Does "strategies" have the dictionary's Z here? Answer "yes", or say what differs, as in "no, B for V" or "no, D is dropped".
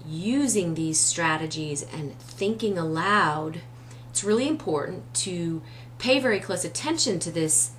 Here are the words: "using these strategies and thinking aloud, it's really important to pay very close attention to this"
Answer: yes